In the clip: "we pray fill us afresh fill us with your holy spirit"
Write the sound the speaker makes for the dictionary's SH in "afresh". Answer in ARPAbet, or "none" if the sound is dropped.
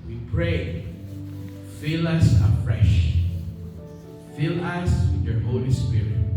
SH